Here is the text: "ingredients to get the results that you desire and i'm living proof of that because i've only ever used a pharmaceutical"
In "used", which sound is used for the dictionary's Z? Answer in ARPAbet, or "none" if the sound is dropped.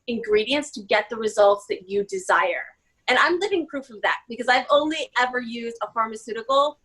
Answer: Z